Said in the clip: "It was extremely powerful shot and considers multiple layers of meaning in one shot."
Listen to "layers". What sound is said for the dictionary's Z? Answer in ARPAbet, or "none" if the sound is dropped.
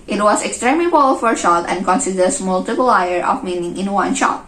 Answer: none